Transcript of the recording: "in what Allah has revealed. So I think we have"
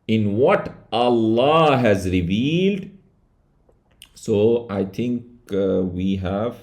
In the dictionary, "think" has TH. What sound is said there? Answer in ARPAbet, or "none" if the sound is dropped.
T